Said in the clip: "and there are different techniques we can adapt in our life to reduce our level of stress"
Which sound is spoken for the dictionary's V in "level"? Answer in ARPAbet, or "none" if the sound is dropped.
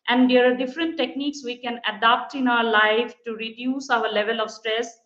V